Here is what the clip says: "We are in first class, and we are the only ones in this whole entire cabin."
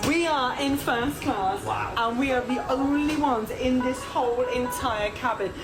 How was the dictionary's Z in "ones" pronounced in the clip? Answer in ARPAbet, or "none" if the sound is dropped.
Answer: Z